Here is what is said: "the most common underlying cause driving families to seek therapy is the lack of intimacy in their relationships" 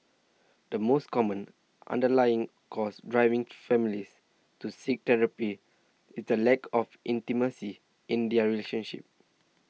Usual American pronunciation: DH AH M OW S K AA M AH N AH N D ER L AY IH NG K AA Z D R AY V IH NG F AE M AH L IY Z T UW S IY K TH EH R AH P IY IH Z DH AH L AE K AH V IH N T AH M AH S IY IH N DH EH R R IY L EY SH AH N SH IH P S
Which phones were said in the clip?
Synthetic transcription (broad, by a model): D AH M OW S K AA M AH N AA N D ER L AY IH NG K AA S D R AY V IH NG F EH M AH L IY S T UW S IY K T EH R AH P IY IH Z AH L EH K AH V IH N T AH M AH S IY IH N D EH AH R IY L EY SH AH N SH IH P